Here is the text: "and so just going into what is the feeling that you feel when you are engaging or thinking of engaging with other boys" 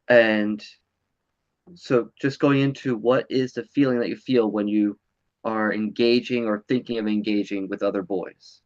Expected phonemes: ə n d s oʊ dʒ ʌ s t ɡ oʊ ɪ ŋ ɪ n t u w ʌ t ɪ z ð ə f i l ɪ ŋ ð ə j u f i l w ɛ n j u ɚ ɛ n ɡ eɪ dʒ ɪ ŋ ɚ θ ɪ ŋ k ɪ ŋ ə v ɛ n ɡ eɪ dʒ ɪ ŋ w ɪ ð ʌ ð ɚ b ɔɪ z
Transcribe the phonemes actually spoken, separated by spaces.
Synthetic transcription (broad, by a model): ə n s oʊ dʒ ʌ s ɡ oʊ ɪ ŋ ɪ n t u w ʌ t ɪ z ð ə f i l ɪ ŋ ð ə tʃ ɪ f i l w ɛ n j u ɚ ɛ n ɡ eɪ dʒ ɪ ŋ ɚ θ ɪ ŋ k ɪ ŋ ə v ɛ n ɡ eɪ dʒ ɪ ŋ w ɪ ð ʌ ð ɚ b ɔɪ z